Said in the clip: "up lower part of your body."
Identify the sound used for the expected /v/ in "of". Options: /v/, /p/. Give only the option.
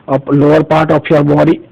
/p/